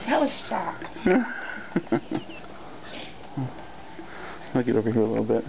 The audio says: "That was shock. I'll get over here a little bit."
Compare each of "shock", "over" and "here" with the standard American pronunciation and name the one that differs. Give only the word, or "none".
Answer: shock